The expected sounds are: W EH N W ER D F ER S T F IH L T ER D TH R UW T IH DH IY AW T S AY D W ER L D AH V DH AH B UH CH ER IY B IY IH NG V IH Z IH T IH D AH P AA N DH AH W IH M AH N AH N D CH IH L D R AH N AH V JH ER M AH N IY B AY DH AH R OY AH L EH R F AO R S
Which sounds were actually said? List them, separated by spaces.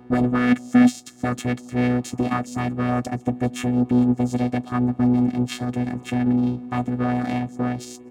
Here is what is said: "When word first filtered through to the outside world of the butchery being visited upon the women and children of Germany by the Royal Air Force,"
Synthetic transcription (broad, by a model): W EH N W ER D F ER S T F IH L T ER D TH R UW T IH DH IY AW T S AY D W ER L D AH V DH AH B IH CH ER IY B IY IH NG V IH Z IH T IH D AH P AA N DH AH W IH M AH N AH N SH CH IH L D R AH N AH V JH ER M AH N IY B AY DH AH R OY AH L EH R F AO R S